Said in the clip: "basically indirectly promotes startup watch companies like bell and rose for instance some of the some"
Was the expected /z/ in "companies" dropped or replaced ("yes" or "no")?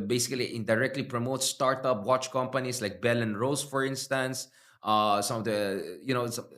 yes